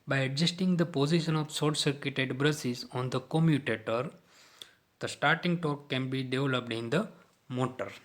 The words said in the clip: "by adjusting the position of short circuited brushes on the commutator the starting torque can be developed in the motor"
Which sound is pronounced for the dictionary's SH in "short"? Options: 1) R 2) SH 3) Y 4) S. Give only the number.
4